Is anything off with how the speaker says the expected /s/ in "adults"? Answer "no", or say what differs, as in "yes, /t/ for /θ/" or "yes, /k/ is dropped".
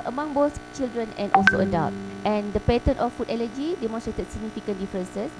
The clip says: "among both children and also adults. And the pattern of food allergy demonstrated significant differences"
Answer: yes, /s/ is dropped